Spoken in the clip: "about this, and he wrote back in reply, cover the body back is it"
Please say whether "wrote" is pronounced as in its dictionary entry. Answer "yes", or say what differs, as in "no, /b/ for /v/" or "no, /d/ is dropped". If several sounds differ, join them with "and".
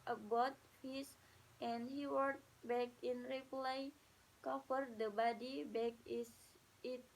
no, /w/ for /ɹ/